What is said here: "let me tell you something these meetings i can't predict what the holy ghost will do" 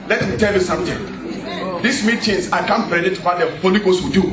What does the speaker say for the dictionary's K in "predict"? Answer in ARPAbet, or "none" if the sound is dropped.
none